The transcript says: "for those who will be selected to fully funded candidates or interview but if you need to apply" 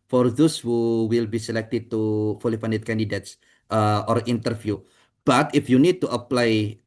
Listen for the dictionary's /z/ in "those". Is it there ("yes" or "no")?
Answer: no